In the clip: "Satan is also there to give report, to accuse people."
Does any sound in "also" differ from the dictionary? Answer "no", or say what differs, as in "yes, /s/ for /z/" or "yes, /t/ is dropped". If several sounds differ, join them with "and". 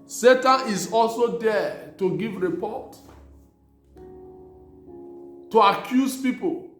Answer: no